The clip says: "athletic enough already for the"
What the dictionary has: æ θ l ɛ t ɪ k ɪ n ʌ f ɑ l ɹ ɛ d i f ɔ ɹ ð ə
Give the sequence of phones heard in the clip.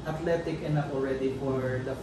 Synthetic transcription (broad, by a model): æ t l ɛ t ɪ k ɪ n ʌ p ɑ l ɹ ɛ d i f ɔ ɹ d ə